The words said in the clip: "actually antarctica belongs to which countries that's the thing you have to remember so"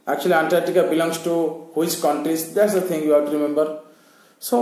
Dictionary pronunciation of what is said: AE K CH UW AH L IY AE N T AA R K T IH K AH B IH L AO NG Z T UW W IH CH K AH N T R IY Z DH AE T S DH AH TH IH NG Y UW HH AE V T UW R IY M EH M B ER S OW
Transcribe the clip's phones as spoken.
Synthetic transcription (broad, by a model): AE K CH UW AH L IY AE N T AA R T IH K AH B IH L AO NG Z T UW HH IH S K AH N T R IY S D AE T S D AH T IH NG Y UW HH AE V T UW R IY M EH M B ER S OW